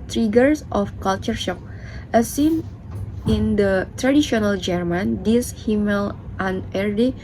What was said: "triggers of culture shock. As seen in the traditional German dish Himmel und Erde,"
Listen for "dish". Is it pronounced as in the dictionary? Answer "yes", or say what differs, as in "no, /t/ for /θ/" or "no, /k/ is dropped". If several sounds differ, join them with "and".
no, /s/ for /ʃ/